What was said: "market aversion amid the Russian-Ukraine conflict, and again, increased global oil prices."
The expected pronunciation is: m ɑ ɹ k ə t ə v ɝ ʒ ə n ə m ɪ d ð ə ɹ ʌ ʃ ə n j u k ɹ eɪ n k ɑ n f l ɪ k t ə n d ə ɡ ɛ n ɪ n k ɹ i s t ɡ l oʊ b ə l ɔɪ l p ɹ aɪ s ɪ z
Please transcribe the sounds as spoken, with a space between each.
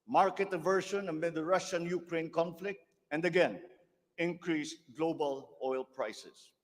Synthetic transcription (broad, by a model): m ɑ ɹ k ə t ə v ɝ ʃ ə n ə m ɪ d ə ɹ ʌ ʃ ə n j u k ɹ eɪ n k ɑ n f l ɪ k t ə n d ə ɡ ɛ n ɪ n k ɹ i s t ɡ l oʊ b ə l ɔɪ l p ɹ aɪ s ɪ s